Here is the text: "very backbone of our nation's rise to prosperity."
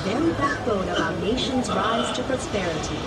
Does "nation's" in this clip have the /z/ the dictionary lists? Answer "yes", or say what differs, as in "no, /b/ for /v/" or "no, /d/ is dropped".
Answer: yes